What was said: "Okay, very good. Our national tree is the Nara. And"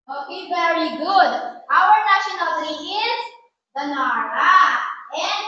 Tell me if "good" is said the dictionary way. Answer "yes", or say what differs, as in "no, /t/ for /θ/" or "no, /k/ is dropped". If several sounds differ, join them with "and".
yes